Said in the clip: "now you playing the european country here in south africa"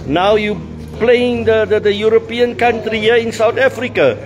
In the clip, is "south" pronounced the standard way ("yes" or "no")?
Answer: no